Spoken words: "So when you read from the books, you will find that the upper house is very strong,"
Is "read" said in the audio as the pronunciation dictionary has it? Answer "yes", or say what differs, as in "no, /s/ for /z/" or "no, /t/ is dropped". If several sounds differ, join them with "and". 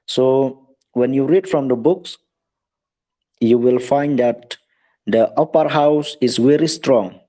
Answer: yes